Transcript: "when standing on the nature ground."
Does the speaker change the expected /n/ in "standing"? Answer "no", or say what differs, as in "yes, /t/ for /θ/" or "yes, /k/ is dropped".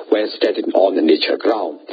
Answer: yes, /n/ is dropped